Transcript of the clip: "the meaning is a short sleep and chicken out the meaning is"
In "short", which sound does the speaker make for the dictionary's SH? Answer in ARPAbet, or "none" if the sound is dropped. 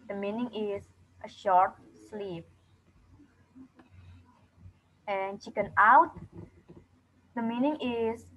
SH